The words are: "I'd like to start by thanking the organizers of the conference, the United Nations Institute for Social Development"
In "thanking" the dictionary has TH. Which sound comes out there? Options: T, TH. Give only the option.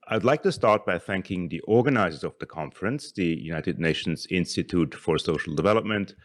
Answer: TH